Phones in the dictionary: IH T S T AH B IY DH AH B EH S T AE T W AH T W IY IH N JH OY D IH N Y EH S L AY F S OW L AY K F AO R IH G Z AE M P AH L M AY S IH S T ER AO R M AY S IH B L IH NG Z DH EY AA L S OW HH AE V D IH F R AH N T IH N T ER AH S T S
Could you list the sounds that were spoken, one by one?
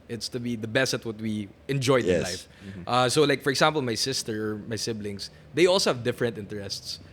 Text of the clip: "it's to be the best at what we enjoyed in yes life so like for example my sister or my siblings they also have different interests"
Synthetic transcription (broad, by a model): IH T S T AH B IY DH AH B EH S T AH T W AH T W IY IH N JH OY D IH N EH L AY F S OW L AY K F AO R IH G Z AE M P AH L M AY S IH S T ER AO R M AY S IH B L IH NG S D EY AA L S OW HH AE V D IH F R AH N T IH N T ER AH S T S